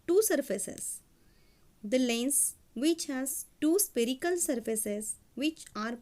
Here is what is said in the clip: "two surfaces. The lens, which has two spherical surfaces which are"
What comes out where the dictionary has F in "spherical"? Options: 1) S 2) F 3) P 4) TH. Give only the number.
3